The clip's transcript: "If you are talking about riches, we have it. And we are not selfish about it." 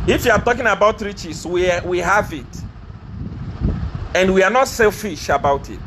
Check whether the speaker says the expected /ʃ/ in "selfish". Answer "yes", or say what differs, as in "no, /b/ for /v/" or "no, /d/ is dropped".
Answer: yes